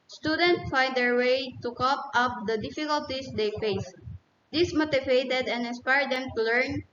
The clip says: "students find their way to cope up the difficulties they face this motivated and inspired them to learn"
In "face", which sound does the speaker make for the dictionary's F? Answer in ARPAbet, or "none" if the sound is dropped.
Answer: F